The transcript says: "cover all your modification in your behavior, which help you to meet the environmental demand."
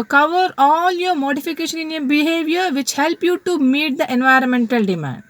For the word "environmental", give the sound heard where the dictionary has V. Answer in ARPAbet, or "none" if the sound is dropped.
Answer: V